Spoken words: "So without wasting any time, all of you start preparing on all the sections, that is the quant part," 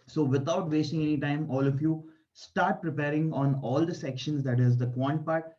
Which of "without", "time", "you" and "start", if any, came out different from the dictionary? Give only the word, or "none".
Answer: without